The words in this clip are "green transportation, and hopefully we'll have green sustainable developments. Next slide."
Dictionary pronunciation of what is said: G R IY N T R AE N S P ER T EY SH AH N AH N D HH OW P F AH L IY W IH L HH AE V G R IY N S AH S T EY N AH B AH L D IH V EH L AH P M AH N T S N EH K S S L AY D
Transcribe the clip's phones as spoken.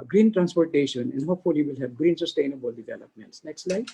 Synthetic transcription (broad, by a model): G R IY N T R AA N S P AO T EY SH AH N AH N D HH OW F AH L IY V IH L HH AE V G R IY N S AH S T EY N AH B AH L D IH V EH L AH P M AH N T S N EH K S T L AY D